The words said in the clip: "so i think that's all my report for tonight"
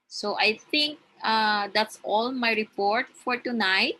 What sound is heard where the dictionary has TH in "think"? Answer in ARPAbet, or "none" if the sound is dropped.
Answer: T